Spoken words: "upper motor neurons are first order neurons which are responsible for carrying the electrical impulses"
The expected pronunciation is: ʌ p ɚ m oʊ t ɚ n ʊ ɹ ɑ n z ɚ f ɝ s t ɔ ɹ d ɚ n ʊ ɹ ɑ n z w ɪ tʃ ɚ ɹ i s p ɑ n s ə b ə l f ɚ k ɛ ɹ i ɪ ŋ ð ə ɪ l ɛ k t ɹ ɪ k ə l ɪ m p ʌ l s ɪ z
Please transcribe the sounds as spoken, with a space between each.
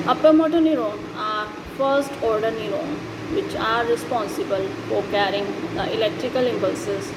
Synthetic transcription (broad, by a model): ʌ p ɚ m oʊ t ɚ n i ɹ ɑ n ɑ f ɝ s t ɔ ɹ d ɚ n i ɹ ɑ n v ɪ tʃ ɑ ɹ i s p ɑ n s ə b ə l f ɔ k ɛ ɹ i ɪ ŋ ɪ l ɛ k t ɹ ɪ k ə l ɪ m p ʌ l s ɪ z